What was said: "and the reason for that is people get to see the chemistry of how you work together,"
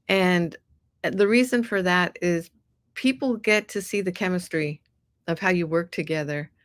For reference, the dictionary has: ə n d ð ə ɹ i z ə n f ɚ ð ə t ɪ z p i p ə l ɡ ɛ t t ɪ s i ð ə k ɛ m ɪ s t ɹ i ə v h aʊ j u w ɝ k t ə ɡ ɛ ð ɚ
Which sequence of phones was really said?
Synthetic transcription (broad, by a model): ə n ð ə ɹ i z ə n f ɚ ð ə t ɪ z p i p l ɡ ɛ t t ɪ s i ð ə k ɛ m ɪ s t ɹ i ə v h aʊ j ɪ w ɝ k t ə ɡ ɛ ð ɚ